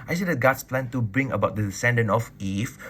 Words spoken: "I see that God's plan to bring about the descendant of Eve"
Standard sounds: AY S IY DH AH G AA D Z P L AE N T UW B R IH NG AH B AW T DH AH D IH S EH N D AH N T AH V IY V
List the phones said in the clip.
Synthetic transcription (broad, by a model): AY S IY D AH G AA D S P L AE N T UW B R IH NG AH B AW T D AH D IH S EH N D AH N AH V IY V